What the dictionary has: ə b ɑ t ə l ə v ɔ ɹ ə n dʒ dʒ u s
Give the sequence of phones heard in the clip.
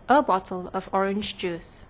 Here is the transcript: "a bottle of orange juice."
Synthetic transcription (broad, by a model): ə b ɑ t ə l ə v ɔ ɹ ə n dʒ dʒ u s